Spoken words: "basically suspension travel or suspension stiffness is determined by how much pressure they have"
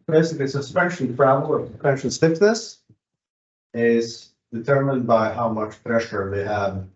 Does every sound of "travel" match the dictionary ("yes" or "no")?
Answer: no